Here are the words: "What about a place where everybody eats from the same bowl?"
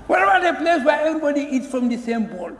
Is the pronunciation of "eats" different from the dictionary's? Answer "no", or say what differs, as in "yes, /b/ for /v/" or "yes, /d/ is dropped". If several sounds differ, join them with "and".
no